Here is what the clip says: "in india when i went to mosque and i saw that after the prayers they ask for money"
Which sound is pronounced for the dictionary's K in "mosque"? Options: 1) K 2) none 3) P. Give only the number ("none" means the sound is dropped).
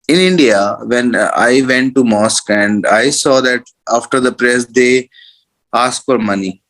1